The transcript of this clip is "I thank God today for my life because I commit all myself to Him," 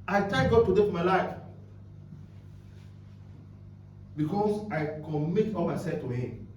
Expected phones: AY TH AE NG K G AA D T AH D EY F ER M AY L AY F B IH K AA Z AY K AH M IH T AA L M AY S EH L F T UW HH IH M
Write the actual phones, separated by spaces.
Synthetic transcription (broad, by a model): AY T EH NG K G AA D T AH D EY F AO M AY L AY F B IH K AA S AY K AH M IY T AA L M AY S EH L F T UW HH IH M